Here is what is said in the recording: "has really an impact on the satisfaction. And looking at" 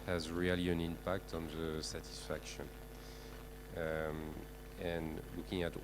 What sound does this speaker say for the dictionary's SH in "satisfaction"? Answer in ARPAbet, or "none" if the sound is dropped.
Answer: SH